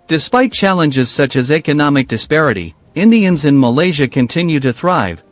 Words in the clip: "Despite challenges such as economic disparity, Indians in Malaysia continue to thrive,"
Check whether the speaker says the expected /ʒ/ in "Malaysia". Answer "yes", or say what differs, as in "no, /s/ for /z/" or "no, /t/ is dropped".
yes